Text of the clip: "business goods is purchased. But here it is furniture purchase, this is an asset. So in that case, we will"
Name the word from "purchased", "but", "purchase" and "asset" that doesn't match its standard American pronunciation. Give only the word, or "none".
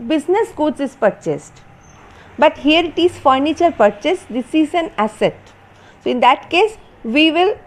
none